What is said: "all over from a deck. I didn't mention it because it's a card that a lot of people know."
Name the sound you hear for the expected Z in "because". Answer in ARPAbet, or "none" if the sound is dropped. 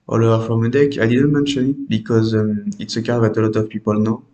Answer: Z